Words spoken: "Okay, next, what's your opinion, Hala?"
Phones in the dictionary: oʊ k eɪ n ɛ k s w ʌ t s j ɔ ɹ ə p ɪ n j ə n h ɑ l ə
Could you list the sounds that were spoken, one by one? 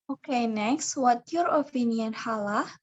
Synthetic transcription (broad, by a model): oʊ k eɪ n ɛ k s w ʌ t j ɔ ɹ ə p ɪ n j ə n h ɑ l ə